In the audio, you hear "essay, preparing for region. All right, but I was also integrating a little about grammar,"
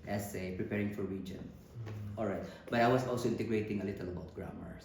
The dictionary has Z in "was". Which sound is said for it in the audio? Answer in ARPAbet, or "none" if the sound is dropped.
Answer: S